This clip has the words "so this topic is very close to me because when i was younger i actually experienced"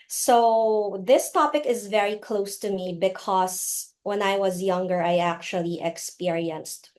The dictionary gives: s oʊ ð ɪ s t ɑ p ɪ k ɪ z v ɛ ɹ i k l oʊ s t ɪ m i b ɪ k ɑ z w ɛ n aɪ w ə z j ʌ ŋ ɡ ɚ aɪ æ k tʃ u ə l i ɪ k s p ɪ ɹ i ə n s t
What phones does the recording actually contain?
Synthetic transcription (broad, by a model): s oʊ ð ɪ s t ɑ p ɪ k ɪ z v ɛ ɹ i k l oʊ s t ɪ m i b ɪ k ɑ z w ɛ n aɪ w ə z j ʌ ŋ ɡ ɚ aɪ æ k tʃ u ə l i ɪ k s p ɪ ɹ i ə n s t